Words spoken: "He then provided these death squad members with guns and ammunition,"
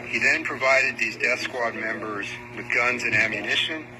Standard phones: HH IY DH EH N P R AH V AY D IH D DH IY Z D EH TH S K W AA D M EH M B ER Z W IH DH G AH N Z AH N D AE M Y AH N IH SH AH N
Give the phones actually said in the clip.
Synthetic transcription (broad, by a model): HH IY DH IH N P R AH V AY D IH D DH IY Z D EH TH S K W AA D M EH M B ER Z W IH DH G AH N Z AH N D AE M Y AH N IH SH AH N